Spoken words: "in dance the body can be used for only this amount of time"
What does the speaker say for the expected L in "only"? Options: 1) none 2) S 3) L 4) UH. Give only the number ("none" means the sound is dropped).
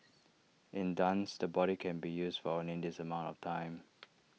1